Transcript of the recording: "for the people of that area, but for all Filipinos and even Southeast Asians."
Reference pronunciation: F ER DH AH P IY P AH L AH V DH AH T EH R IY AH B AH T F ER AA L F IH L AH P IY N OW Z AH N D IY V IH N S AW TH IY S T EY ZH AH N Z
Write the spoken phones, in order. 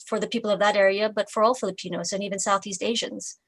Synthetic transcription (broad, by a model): F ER DH AH P IY P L AH V DH AH T EH R IY AH B AH T F ER AA L F IH L AH P IY N OW Z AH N IY V IH N S AW TH IY S T EY ZH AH N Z